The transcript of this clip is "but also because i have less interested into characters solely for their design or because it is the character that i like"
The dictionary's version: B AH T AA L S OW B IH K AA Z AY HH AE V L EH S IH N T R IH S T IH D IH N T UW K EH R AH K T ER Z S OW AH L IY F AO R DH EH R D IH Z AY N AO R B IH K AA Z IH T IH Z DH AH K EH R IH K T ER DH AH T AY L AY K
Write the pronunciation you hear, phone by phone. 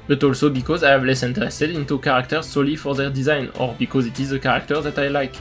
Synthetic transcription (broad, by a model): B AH T AA L S OW B IH K AA Z AY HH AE V L EH S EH N T R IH S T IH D IH N T UW K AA R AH K T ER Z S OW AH L IY F AO R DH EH R D IH Z AY N AO R B IH K AA Z IH T IH Z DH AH K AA R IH K T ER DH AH T AY L AY K